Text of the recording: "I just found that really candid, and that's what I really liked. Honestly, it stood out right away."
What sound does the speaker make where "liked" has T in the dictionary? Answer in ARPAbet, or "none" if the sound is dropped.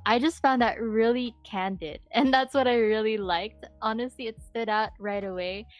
T